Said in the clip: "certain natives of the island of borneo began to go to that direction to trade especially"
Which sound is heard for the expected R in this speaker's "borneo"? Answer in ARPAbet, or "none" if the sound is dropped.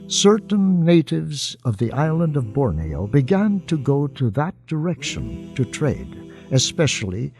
R